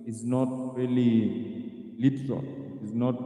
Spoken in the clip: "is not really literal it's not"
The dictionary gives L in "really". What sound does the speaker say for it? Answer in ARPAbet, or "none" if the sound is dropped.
L